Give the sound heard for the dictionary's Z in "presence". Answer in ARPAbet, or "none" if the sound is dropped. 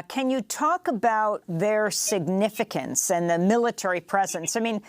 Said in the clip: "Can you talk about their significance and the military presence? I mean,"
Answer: Z